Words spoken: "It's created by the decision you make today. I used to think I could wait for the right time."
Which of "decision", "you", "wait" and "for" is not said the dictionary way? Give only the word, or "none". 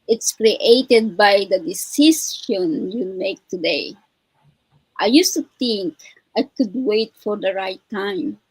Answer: decision